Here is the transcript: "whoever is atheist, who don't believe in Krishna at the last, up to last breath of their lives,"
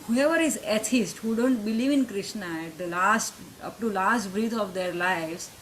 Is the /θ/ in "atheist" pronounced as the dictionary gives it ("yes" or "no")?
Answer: no